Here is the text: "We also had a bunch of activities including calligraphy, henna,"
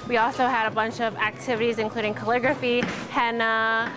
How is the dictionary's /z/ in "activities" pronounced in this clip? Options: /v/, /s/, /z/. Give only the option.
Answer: /z/